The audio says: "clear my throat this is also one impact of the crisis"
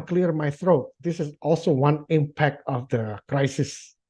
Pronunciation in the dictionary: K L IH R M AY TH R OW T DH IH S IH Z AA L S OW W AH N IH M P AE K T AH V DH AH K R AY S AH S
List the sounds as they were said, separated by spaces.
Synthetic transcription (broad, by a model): K L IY R M AY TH R OW T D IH S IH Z AA L S OW W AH N IH M P AE K T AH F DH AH K R AY S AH S